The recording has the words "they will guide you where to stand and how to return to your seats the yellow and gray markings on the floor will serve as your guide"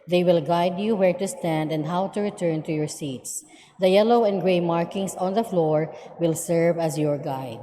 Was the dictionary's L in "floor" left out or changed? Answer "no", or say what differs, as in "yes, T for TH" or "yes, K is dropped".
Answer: no